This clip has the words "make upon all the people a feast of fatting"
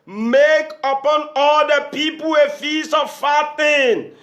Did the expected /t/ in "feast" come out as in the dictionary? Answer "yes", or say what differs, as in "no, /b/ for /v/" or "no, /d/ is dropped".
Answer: no, /t/ is dropped